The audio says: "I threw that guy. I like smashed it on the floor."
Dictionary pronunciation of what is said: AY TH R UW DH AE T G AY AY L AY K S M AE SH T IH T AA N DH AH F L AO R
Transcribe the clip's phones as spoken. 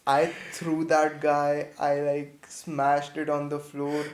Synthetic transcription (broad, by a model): AY T R UW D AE T G AY AY L AY K S M AE SH T IH T AA N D AH F L AO R